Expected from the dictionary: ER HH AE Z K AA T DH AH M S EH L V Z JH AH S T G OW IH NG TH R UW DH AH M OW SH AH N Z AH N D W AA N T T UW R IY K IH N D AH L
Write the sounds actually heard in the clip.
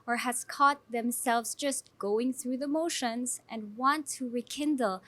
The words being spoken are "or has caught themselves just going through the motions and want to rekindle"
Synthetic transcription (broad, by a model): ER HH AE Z K AA T DH AH M S EH L V Z JH AH S T G OW IH NG TH R UW DH AH M OW SH AH N Z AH N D W AA N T T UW R IY K IH N D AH L